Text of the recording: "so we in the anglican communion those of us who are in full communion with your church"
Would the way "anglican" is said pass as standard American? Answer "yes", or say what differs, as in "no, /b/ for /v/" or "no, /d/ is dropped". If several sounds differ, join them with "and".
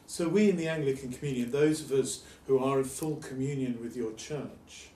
yes